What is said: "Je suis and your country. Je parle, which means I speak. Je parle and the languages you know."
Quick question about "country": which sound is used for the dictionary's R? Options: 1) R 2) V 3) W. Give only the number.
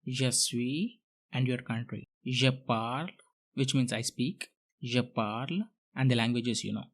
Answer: 1